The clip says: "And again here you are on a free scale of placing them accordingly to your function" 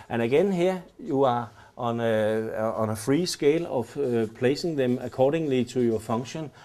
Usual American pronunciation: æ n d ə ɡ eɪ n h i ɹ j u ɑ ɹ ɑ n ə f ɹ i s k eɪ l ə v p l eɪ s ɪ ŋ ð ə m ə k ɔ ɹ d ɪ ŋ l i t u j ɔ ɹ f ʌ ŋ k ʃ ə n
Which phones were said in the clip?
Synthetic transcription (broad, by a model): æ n ə ɡ eɪ n h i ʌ j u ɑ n ɑ n ə f ɹ i s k eɪ l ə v p l eɪ s ɪ ŋ ð ə m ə k ɔ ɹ d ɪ ŋ l i s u j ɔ f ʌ ŋ ʃ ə n